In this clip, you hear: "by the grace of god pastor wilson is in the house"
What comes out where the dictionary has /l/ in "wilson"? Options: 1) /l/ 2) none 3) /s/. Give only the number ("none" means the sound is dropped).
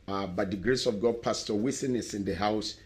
2